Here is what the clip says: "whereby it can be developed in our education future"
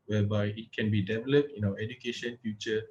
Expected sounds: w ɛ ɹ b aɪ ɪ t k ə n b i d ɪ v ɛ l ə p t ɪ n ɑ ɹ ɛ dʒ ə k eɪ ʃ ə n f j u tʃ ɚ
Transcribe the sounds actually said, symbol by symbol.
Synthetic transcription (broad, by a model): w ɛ b aɪ ɪ t k ə n b i d ɪ v ɛ l ə p t ɪ n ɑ w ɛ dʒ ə k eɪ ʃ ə n f j u tʃ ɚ